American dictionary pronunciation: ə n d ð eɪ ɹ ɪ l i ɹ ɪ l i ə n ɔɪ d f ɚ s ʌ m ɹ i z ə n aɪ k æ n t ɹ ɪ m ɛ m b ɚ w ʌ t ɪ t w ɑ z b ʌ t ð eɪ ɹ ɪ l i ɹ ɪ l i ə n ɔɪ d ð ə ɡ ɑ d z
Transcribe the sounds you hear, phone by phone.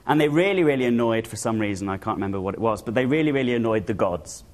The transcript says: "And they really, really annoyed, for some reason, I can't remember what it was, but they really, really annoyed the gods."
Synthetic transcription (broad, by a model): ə n ð eɪ ɹ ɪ l i ɹ ɪ l i ə n ɔɪ d f ɚ s ʌ m ɹ i z ə n aɪ k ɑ n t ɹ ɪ m ɛ m b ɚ w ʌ t ɪ t w ɑ z b ʌ t ð eɪ ɹ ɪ l i ɹ ɪ l i ə n ɔɪ d ð ə ɡ ɑ d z